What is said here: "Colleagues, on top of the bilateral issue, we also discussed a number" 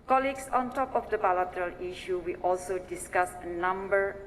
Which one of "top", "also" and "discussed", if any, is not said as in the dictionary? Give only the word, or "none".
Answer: discussed